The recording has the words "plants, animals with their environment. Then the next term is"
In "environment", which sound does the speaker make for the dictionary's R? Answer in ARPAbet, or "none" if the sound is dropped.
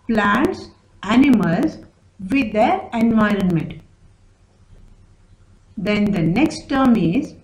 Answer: R